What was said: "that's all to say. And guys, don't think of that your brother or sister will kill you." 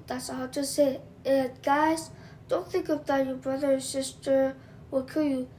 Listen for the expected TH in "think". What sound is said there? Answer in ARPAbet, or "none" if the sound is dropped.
TH